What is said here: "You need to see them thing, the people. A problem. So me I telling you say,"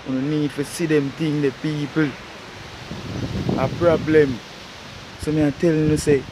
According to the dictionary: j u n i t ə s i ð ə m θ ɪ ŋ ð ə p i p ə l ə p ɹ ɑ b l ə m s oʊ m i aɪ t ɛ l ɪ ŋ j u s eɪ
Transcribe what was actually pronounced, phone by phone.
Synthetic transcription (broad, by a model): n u n i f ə s i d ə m t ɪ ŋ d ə p i p ə l ə p ɹ ɑ b l ə m s oʊ m i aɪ t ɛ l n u s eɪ